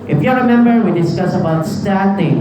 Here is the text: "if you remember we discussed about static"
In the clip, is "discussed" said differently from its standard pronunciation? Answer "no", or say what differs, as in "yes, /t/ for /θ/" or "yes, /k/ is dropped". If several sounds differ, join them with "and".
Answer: yes, /t/ is dropped